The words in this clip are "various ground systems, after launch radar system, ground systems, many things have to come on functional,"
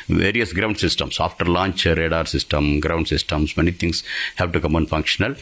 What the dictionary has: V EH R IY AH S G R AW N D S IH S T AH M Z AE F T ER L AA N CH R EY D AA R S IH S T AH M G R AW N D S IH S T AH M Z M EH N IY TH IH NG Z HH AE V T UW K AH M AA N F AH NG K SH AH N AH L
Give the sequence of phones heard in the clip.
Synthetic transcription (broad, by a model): V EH R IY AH S G R AW N D S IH S T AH M S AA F T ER L AA N CH R EY D AA R S IH S T AH M G R AW N D S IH S T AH M S M EH N IY T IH NG S HH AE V T UW K AH M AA N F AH NG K SH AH N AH L